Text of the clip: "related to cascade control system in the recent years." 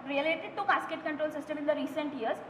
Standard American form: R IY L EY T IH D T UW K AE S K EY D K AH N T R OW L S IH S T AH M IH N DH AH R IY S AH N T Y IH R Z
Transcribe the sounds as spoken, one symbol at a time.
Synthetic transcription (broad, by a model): R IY L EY T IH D T UW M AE S K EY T K AH N T R OW L S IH S T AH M IH N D AH R IY S AH N T Y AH R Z